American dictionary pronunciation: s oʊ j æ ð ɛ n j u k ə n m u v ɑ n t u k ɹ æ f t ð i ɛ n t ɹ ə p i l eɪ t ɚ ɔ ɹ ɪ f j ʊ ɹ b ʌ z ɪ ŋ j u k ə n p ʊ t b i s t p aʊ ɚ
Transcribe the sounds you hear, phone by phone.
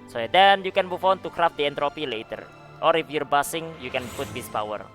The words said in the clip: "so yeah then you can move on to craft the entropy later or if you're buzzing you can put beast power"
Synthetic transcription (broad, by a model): s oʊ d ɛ n j u k ə n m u f ɑ n t u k ɹ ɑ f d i ɛ n t ɹ ə p i l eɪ t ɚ ɔ ɹ ɪ f j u ɹ b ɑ s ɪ ŋ j u k ə n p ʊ t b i s p aʊ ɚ